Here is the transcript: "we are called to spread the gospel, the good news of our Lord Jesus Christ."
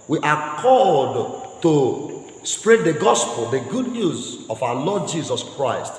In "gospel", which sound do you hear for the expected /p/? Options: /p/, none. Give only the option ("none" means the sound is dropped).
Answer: /p/